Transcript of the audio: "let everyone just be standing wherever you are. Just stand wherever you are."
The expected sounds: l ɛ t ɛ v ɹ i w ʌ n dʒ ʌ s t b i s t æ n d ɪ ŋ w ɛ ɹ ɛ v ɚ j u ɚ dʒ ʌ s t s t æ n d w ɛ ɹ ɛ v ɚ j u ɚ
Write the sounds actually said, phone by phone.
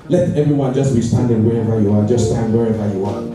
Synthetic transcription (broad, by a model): l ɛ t ɛ v ɹ i w ʌ n dʒ ʌ s t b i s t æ n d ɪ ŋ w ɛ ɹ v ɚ j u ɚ dʒ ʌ s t s t æ n d w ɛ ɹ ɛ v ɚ j u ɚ